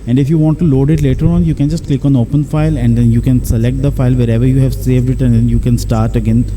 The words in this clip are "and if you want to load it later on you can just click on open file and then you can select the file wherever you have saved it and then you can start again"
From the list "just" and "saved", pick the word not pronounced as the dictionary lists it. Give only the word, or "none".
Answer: none